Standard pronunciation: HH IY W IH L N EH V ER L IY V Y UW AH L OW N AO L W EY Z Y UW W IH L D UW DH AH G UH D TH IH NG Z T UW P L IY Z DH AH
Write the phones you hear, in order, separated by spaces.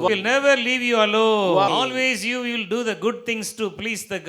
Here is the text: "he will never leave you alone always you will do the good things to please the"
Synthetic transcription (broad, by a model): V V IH L N EH V ER L IY V Y UW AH L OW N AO L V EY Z Y UW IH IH L D UW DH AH G UH D T IH NG S T UW P L IY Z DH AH